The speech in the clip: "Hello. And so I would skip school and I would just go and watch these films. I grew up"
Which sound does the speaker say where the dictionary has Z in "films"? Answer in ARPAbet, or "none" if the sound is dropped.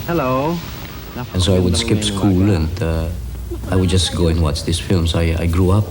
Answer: S